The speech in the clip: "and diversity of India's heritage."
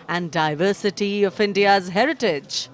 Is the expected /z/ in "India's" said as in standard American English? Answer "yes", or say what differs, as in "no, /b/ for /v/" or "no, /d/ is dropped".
yes